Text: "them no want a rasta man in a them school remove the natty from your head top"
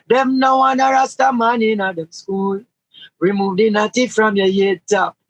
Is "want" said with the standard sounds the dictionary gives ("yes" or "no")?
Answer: no